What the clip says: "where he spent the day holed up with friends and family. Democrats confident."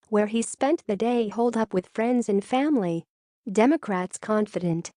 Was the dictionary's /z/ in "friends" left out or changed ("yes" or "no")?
no